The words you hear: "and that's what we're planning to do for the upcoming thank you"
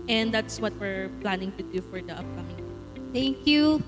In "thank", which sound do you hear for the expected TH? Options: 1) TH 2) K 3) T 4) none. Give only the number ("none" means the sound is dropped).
3